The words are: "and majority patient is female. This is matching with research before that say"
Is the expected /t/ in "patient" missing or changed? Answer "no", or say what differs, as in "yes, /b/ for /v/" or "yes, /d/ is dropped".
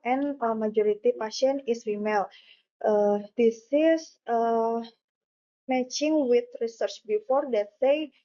yes, /t/ is dropped